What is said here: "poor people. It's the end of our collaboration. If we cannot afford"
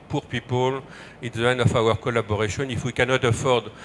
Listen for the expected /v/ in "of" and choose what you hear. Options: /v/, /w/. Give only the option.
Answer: /w/